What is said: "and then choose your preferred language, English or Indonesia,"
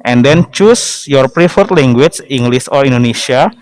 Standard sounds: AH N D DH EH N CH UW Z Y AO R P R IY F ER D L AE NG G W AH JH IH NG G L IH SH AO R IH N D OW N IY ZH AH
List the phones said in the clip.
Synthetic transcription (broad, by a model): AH N D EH N CH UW S Y AO R P R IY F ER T L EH NG G W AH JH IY NG G L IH S AO R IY N D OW N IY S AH